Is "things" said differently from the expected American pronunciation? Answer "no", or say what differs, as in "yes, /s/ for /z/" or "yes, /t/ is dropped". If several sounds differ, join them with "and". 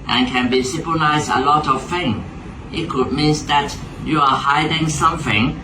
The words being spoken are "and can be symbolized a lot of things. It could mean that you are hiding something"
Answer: yes, /z/ is dropped